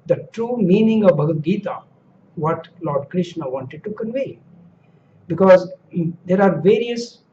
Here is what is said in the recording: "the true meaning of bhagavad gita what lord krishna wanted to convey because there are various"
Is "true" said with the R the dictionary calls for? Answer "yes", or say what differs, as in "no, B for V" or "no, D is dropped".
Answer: yes